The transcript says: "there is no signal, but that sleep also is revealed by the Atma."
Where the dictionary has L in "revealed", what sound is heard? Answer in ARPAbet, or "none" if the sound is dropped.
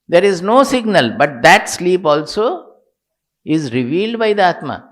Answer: L